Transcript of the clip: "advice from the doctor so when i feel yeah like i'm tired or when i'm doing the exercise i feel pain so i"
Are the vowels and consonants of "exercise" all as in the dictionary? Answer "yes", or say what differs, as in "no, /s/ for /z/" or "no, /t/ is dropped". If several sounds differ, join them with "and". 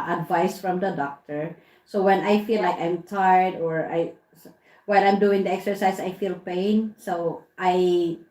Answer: no, /s/ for /z/